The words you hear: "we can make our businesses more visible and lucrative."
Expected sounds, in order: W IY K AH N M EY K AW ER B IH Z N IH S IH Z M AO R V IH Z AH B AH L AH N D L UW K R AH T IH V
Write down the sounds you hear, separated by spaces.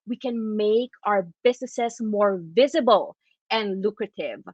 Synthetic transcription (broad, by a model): W IY K AH N M EY K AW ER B IH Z N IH S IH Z M AO R V IH Z AH B AH L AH N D L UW K R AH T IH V